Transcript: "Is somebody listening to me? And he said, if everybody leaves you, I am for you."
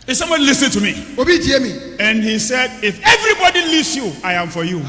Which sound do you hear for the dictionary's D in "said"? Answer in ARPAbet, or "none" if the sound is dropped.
D